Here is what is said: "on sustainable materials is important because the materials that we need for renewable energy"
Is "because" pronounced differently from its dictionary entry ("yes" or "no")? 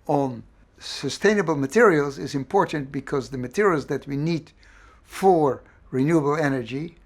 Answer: no